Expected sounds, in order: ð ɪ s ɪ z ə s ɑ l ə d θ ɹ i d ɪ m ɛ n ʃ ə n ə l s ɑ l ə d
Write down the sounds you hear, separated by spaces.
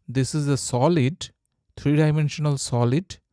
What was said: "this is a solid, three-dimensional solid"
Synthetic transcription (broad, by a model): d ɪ s ɪ z ə s ɑ l ə d t ɹ i d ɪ m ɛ n ʃ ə n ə l s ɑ l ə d